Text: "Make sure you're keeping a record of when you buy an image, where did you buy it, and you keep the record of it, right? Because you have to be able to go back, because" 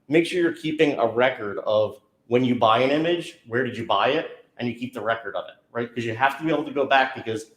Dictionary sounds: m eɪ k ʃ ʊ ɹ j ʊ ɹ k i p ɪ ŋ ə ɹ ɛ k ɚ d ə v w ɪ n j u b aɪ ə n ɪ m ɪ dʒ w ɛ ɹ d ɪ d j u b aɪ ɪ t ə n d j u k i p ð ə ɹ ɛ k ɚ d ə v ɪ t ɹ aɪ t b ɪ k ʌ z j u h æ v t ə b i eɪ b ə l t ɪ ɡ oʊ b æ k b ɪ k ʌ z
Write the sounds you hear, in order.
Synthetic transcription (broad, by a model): m eɪ k ʃ ʊ ɹ j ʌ ɹ k i p ɪ ŋ ə ɹ ɛ k ɚ d ə v w ɪ n j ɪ b aɪ ə n ɪ m ɪ dʒ w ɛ ɹ d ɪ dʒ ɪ b aɪ ɪ t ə n j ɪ k i p ð ə ɹ ɛ k ɚ d ə v ɪ t ɹ aɪ t k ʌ z j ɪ h æ f t ə b i eɪ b l t ɪ ɡ oʊ b æ k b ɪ k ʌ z